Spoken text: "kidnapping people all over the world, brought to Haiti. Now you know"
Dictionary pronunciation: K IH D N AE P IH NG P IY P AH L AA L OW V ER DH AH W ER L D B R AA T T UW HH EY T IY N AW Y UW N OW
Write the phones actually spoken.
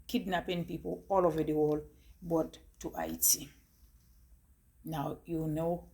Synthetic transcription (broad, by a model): K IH D N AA P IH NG P IY P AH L AA L OW V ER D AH W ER L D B AA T T UW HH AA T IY N AW Y UW N OW